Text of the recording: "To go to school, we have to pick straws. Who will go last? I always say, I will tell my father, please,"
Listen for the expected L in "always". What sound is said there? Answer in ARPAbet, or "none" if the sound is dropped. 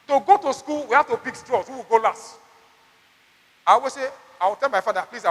none